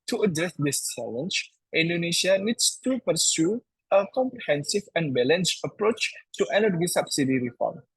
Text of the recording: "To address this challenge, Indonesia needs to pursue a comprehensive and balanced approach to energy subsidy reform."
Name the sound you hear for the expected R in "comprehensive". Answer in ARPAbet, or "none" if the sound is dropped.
R